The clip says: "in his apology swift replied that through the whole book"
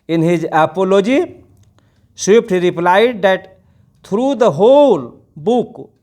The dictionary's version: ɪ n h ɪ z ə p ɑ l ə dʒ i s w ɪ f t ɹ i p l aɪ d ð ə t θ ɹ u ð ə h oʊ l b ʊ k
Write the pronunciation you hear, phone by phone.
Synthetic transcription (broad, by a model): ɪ n h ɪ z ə p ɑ l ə dʒ i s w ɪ p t ɹ i p l aɪ d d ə t t ɹ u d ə h oʊ l b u k